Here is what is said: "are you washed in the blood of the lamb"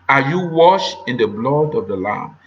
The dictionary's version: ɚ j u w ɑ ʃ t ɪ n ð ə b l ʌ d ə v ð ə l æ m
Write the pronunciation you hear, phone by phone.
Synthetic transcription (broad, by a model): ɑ j u w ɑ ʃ ɪ n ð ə b l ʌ d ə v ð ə l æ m